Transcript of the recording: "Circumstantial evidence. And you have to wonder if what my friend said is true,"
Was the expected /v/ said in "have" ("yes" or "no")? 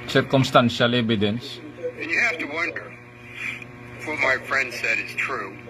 no